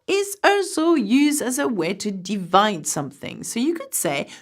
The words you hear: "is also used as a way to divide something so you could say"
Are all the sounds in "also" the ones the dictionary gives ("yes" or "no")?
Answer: no